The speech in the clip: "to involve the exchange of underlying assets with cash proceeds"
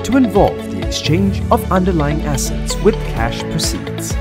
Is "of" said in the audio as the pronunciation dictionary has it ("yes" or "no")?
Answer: yes